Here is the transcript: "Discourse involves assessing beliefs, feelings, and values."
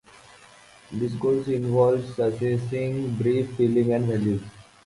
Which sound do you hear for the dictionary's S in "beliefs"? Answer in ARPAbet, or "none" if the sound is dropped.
none